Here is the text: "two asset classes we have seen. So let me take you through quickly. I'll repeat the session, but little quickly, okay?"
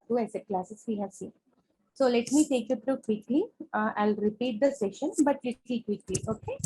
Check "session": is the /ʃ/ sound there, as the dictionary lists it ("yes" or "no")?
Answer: yes